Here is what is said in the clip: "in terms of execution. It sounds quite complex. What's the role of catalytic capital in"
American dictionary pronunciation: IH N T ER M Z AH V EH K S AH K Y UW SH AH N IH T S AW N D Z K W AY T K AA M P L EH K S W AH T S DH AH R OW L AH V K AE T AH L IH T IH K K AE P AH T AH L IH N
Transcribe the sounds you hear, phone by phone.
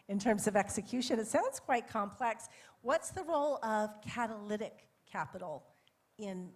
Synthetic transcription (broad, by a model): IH N T ER M Z AH V EH K S AH K Y UW SH AH N IH T S AW N D Z K W AY T K AA M P L EH K S W AH T S DH AH R OW L AH V K AE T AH L IH T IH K K AE P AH T L IH N